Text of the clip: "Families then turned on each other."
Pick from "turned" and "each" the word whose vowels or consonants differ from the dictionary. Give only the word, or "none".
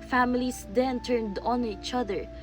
none